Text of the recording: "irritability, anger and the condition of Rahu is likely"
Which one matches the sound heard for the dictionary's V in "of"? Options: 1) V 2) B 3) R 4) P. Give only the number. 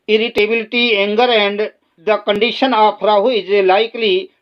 4